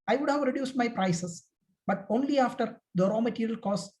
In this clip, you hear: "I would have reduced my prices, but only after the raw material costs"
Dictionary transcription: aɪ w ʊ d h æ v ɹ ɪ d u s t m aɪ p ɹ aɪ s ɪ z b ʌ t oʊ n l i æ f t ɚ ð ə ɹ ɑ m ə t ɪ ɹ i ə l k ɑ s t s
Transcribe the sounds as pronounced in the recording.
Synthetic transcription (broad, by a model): aɪ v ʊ d h æ v ɹ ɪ d u s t m aɪ p ɹ aɪ s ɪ s b ʌ t oʊ n l i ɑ f t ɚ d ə ɹ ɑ m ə t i ɹ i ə l k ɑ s s